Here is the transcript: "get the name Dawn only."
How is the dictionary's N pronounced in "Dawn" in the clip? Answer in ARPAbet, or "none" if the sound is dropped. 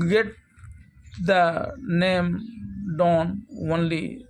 N